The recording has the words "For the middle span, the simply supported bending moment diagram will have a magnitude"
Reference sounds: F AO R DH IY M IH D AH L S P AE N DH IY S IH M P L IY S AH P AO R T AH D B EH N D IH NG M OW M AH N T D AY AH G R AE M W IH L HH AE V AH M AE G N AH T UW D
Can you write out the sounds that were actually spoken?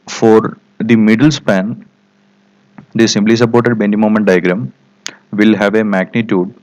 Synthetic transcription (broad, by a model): F AO R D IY M IH D AH L S P AE N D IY S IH M B L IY S AH P AO R T AH D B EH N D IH M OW M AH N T D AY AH G R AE M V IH L HH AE V AH M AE G N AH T UW D